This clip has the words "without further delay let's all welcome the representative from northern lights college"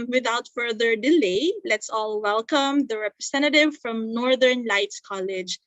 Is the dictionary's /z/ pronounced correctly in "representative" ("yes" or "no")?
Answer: no